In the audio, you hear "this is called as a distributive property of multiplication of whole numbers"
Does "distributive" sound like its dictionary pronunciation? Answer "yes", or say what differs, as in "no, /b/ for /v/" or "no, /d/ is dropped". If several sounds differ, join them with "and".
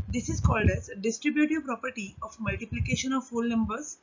yes